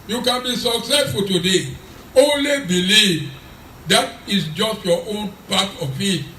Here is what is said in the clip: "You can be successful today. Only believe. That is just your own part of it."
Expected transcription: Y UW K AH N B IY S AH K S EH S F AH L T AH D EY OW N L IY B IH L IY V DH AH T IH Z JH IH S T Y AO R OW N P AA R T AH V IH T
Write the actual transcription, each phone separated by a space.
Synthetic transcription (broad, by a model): Y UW K AH N B IY S AH K S EH S F AH L T AH D EY OW N L IY B IH L IY V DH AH T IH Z JH IH S T Y AO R OW N P AA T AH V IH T